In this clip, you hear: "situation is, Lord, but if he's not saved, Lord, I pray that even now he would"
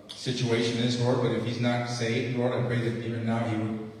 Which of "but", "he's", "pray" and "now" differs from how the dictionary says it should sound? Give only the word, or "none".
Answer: none